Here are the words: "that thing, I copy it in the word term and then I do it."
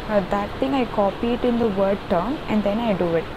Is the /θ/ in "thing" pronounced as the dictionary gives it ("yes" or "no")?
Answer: no